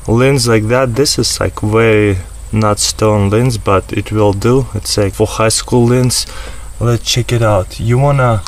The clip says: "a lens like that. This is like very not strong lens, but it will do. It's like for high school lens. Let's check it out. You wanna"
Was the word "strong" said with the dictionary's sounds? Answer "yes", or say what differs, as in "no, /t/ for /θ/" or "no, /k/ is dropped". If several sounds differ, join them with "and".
no, /ɹ/ is dropped